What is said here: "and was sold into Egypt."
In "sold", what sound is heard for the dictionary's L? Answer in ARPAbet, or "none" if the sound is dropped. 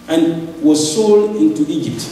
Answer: L